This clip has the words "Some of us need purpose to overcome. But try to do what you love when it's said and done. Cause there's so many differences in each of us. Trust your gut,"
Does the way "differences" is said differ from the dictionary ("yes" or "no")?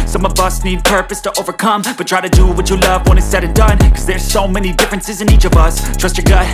no